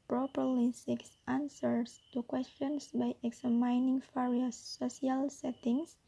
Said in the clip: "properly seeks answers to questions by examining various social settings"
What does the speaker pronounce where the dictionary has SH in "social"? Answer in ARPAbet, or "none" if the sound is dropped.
none